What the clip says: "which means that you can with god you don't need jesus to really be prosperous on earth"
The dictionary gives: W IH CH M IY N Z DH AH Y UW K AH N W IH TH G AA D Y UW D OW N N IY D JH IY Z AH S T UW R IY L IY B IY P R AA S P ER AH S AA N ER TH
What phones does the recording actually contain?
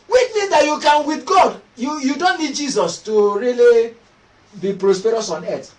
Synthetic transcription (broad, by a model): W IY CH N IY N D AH Y UW K AH N W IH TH G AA D Y UW D OW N N IY D JH IY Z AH S T UW R IY L IY B IY P R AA S P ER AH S AA N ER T